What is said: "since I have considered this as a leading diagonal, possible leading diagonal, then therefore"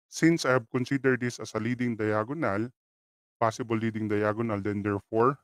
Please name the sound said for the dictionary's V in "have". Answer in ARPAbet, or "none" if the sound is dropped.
B